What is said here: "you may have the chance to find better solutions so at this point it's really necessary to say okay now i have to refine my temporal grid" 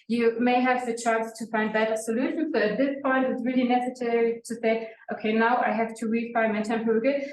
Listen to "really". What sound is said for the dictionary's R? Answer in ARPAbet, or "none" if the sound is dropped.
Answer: R